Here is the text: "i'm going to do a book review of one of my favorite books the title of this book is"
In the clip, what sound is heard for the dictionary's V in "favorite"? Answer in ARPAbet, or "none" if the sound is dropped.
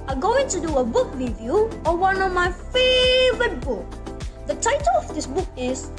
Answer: V